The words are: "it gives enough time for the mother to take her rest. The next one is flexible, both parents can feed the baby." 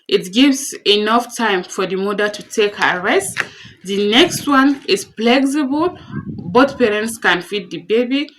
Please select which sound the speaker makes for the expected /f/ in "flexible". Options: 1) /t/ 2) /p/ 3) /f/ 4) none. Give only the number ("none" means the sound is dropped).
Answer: 2